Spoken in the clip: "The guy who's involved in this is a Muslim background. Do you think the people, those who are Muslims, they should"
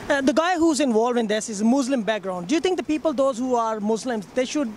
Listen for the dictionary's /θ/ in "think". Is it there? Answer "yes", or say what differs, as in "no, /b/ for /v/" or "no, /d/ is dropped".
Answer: no, /t/ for /θ/